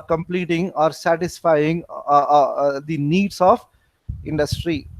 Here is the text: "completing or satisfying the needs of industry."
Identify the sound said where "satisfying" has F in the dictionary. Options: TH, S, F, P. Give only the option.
F